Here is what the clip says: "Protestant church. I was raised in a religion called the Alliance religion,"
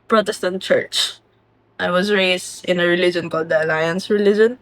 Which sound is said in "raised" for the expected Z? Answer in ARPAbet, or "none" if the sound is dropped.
S